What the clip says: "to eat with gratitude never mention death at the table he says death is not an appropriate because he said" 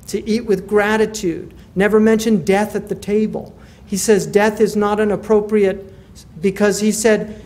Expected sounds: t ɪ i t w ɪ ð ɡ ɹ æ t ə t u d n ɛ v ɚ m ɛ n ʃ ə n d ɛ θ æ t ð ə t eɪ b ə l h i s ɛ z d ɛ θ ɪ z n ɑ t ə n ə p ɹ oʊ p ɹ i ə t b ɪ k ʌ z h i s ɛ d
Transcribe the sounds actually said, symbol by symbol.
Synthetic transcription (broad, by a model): t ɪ i t w ɪ ð ɡ ɹ æ t ə t u d n ɛ v ɚ m ɛ n ʃ ə n d ɛ θ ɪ t ð ə t eɪ b ə l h i s ɛ z d ɛ θ ɪ z n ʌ t ə n ə p ɹ oʊ p ɹ i ə t b ɪ k ʌ z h i s ɛ d